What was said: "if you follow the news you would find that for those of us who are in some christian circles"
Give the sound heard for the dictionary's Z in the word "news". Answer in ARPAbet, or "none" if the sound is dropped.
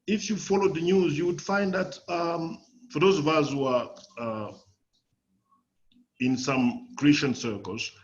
Z